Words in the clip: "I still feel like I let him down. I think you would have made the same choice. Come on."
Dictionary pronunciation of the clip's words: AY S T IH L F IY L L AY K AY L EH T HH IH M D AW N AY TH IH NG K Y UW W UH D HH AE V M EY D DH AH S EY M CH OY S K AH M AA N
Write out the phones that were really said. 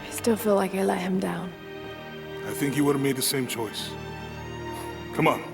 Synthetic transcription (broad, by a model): AY S T IH L F IY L L AY K AY L EH T HH IH M D AW N AY TH IH NG K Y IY W UH D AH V M EY D DH AH S EY M CH OY S K AH M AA N